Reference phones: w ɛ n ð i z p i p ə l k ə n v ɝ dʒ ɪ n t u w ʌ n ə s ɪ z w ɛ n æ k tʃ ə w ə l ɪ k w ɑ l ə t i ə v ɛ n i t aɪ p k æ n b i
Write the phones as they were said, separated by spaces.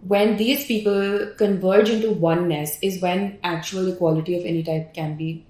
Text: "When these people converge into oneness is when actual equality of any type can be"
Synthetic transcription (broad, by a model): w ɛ n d i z p i p ə l k ə n v ɝ dʒ ɪ n t u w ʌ n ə s ɪ z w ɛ n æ k tʃ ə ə l ɪ k w ɑ l ə t i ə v ɛ n i t aɪ p k æ n b i